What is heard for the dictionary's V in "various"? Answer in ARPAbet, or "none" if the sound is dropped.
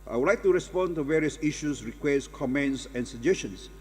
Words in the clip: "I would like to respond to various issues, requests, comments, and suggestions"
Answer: V